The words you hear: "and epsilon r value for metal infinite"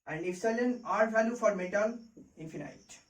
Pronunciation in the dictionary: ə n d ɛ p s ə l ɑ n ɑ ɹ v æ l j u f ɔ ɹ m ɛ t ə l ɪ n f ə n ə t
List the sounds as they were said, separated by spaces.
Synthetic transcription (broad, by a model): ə n d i f s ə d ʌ n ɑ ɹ v æ l j u f ɔ ɹ m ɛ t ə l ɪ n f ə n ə t